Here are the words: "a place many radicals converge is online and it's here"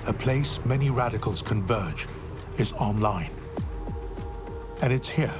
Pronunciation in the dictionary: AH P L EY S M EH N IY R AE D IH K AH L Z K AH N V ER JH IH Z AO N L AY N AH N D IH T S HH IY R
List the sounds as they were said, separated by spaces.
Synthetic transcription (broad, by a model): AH P L EY S M EH N IY R AE D IH K AH L Z K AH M V ER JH IH Z AO N L AY N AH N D IH T S HH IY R